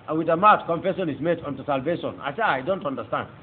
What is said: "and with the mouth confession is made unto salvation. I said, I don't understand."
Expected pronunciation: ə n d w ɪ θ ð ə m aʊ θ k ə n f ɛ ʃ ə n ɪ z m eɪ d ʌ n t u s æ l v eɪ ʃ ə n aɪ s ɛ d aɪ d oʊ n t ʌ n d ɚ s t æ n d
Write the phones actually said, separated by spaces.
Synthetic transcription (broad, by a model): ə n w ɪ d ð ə m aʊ t k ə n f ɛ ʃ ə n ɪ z m eɪ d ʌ n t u s æ l v eɪ ʃ ə n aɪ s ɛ aɪ d oʊ n t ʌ n d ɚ s t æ n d